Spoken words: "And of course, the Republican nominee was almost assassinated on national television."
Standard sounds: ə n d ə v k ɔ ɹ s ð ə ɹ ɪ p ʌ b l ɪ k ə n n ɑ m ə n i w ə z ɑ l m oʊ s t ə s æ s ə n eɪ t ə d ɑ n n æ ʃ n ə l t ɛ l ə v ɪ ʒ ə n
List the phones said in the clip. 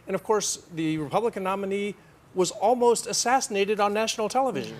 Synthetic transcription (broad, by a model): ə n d ə v k ɔ ɹ s ð ə ɹ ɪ p ʌ b l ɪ k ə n n ɑ m ə n i w ə z ɑ l m oʊ s t ə s æ s ə n eɪ t ə d n n æ ʃ n l t ɛ l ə v ɪ ʒ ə n